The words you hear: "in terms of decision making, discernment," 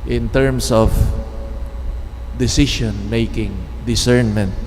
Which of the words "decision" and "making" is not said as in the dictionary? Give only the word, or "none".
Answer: decision